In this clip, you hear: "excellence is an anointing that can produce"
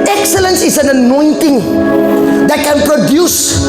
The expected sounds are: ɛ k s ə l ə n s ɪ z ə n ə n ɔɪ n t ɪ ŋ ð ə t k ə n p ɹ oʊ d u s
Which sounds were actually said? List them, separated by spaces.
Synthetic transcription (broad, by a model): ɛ k s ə l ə n s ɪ s ə n ə n ɔɪ n t ɪ ŋ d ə t k ə n p ɹ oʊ d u s